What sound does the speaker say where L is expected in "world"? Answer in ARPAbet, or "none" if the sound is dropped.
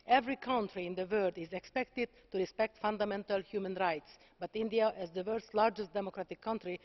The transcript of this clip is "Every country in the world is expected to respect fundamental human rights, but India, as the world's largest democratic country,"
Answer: none